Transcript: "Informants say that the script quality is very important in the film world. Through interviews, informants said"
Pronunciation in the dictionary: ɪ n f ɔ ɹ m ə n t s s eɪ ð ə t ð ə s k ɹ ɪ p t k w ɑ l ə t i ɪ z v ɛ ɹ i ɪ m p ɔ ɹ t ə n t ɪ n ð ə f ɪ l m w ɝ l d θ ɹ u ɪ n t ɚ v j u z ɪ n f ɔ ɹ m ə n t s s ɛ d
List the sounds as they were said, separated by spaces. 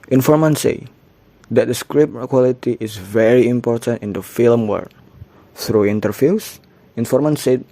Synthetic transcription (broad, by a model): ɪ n f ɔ ɹ m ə n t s s eɪ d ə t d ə s k ɹ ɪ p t k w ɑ l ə t i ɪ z v ɛ ɹ i ɪ m p ɔ ɹ t ə n t ɪ n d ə f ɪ l m w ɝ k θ ɹ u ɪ n t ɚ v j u s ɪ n f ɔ ɹ m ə n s s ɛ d